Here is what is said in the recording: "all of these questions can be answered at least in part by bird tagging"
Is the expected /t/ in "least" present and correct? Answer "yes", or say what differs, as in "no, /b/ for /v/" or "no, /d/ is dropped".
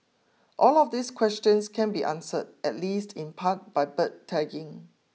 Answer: yes